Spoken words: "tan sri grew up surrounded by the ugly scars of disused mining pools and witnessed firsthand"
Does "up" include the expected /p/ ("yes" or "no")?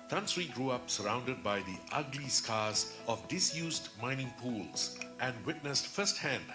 yes